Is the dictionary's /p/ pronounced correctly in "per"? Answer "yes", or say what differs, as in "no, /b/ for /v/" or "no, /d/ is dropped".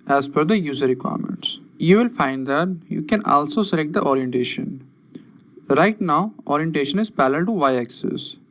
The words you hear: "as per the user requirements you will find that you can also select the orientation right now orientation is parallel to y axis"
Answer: no, /f/ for /p/